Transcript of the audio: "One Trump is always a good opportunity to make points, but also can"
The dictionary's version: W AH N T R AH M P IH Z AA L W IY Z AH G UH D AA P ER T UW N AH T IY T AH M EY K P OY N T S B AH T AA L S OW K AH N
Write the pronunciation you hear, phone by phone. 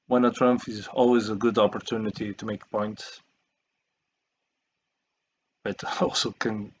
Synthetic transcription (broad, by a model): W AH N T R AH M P IH Z AA L W IY Z AH G UH D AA P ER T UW N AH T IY T AH M EY K P OY N T S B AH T AA L S OW K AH N